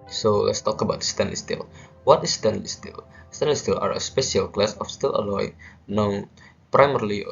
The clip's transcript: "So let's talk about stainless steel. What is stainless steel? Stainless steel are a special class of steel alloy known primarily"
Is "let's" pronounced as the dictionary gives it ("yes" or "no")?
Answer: yes